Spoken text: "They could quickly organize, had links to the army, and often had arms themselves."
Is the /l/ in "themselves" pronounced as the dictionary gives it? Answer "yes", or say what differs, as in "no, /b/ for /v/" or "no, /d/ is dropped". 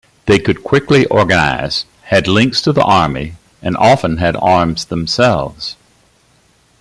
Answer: yes